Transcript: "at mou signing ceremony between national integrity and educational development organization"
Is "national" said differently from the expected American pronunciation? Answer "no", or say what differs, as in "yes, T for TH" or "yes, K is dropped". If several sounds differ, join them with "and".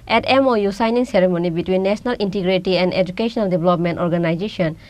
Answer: yes, S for SH